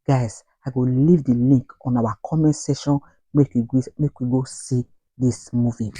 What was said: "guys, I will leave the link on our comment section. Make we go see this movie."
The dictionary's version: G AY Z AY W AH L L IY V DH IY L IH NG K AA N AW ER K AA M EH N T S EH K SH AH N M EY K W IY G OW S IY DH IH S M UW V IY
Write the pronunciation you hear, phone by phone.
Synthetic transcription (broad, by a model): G AY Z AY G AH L L IY V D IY L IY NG K AA N AW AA K AA M EH N T S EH SH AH N M EY K W IY G OW S IY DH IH S M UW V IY